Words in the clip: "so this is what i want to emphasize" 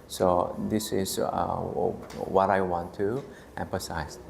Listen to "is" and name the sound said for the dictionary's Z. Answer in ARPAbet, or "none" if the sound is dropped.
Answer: S